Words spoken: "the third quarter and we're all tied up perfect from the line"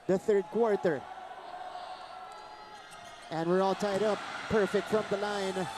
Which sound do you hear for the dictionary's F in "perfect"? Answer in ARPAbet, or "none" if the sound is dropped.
F